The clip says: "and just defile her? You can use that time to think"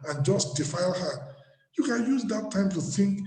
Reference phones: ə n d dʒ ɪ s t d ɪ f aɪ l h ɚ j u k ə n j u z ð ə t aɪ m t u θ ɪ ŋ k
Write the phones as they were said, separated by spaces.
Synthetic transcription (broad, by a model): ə n dʒ ɪ s t d ɪ f aɪ l h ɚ j u k ə n j u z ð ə t aɪ m t u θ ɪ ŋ k